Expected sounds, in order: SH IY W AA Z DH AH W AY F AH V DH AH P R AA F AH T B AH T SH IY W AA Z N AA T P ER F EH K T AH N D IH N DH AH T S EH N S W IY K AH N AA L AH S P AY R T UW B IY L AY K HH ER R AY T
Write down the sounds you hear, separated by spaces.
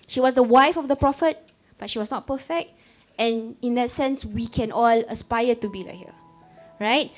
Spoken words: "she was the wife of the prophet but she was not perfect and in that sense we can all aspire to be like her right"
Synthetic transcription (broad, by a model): SH IY W AA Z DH AH W AY F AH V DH AH P R AA F AH T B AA T SH IY W AA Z N AA T P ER F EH K T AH N IH N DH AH T S EH N S W IY K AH N AA L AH S P AY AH T UW B IY L AY K HH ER R AY T